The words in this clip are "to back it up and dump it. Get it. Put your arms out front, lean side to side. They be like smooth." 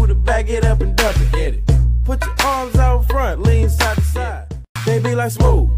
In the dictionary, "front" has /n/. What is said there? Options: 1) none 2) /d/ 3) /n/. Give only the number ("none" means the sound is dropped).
3